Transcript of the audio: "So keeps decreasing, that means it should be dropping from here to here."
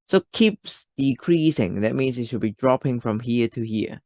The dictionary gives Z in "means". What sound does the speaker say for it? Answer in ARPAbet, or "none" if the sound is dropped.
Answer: S